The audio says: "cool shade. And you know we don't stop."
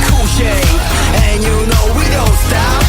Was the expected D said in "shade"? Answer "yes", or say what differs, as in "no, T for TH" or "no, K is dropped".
no, D is dropped